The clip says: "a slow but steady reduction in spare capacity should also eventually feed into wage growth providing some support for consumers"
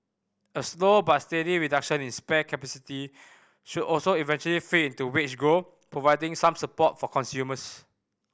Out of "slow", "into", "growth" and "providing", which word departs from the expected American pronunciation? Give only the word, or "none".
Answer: growth